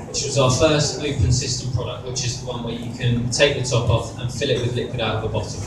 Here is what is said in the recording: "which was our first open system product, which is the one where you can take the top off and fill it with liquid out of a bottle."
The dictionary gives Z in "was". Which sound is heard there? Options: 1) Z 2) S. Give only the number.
1